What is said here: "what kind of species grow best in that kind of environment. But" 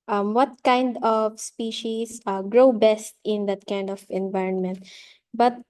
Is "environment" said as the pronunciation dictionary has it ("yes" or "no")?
yes